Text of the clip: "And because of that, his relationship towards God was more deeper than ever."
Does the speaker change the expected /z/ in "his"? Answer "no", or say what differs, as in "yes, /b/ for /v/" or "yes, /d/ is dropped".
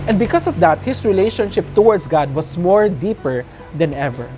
yes, /s/ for /z/